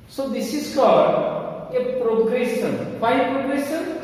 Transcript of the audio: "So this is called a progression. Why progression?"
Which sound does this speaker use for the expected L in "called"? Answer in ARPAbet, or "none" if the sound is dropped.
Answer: none